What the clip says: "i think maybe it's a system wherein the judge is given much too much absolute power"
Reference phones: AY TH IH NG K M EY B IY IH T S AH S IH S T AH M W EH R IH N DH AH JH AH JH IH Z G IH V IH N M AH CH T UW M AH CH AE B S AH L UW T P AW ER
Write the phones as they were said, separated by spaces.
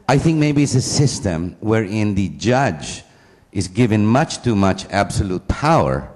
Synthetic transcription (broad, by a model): AY TH IH NG K M EY B IY IH T S AH S IH S T AH M W EH R IH N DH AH JH AH JH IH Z G IH V IH N M AH CH T UW M AH CH AE B S AH L UW T P AW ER